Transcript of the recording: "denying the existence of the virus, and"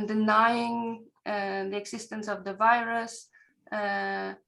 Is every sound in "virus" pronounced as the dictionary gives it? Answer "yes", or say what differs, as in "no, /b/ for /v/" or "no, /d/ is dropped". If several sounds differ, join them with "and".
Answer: yes